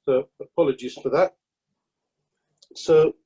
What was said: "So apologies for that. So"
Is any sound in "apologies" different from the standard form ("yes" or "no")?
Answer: no